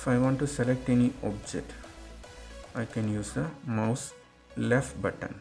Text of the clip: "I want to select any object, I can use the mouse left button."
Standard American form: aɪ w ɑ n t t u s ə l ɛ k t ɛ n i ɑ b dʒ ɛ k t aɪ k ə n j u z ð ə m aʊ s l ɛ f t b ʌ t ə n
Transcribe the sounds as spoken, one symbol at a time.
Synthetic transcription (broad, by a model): aɪ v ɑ n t t u s ə l ɛ k t ɛ n i ɑ b dʒ ɛ k t aɪ k ə n j u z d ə m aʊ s l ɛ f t b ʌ t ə n